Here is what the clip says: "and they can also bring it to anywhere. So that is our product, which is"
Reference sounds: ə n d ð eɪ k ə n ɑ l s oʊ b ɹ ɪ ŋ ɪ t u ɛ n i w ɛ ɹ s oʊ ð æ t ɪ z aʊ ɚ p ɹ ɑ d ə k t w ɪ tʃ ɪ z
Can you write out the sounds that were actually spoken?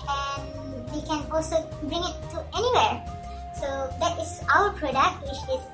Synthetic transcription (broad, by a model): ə n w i k ə n ɑ l s oʊ b ɹ ɪ ŋ ɪ t u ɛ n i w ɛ ɹ s oʊ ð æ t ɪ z aʊ ɚ p ɹ ɑ d ə k t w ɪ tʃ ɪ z